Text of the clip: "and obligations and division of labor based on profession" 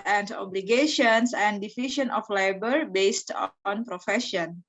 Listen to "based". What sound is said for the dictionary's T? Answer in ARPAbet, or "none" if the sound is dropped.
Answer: T